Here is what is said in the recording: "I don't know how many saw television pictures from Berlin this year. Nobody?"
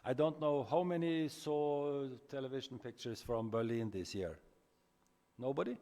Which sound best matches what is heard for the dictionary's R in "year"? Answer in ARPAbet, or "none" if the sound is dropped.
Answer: R